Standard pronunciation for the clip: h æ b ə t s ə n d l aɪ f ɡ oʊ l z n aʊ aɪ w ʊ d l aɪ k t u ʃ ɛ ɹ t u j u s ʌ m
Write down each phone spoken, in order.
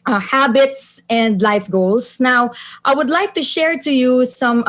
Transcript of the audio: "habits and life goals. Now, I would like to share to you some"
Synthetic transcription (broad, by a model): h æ b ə t s ə n d l aɪ f ɡ oʊ l s n aʊ aɪ w ʊ d l aɪ k t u ʃ ɛ ɹ t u j u s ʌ m